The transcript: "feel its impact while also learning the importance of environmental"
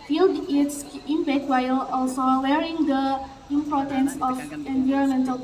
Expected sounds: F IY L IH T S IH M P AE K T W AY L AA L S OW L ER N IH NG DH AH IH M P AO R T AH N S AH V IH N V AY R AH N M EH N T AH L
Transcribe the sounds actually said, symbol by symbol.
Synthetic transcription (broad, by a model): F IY L IH T S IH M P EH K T W AY L AA L S OW W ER IH NG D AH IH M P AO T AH N S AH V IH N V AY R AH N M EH N T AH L